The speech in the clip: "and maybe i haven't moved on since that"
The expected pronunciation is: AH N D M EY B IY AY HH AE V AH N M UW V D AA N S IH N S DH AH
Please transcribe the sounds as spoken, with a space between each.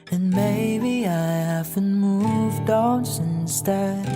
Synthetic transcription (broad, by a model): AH N M EY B IY AY HH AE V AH N M UW V D AA N S IH N S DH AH